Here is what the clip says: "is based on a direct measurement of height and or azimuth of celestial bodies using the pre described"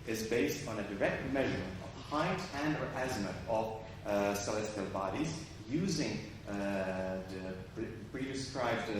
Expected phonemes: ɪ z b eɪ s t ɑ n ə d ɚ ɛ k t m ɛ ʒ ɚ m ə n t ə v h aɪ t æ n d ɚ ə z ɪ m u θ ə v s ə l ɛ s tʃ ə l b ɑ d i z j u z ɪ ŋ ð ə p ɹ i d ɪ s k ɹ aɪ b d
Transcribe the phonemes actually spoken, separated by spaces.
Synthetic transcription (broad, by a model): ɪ z b eɪ s t n ə d ɚ ɛ k t m ɛ ʒ ɚ m ə n t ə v h aɪ t æ n d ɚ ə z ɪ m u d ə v s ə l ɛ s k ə l b ɑ d i z j u z ɪ ŋ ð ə p ɹ i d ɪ s k ɹ aɪ b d